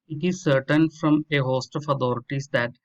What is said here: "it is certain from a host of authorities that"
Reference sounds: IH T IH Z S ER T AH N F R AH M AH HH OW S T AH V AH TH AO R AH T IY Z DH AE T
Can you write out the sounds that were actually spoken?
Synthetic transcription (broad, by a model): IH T IH Z S ER T AH N F R AH M AH HH OW S T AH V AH T AO R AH T IY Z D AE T